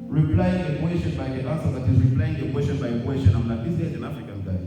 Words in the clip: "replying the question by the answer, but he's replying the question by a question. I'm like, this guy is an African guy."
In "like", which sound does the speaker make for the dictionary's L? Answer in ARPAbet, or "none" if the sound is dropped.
N